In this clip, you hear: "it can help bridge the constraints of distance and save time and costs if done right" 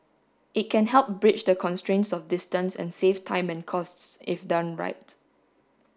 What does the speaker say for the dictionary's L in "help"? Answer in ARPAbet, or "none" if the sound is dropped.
L